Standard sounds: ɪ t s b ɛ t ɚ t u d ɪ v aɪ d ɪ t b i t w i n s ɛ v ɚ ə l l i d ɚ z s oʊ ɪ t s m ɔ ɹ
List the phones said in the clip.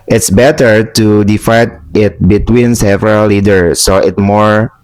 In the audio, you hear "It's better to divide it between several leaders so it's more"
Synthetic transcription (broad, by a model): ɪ t s b ɛ t ɚ t u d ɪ f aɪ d ɪ t b i t w i n s ɛ v ɚ ə l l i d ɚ s oʊ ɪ t m ɔ ɹ